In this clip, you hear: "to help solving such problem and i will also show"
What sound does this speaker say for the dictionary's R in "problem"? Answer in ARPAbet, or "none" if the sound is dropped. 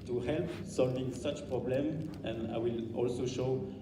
R